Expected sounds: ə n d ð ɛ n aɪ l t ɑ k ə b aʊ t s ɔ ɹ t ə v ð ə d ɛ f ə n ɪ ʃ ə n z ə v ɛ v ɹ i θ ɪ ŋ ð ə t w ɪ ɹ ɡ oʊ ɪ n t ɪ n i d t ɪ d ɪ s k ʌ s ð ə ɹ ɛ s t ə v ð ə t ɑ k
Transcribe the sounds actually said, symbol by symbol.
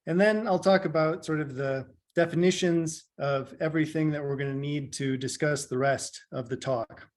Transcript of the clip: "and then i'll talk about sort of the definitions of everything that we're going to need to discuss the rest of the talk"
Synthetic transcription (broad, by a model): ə n ð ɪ n aɪ l t ɑ k ə b aʊ t s ɔ ɹ t ə v ð ə d ɛ f ə n ɪ ʃ ə n z ə v ɛ v ɹ i θ ɪ ŋ ð ə t w ɪ ɹ ɡ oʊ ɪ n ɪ n i d t ɪ d ɪ s k ʌ s ð ə ɹ ɛ s t ə v ð ə t ɑ k